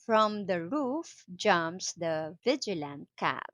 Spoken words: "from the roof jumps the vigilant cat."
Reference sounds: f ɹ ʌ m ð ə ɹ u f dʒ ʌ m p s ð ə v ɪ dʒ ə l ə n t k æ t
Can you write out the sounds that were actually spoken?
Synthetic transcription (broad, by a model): f ɹ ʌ m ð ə ɹ u f dʒ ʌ m s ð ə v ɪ dʒ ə l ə n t k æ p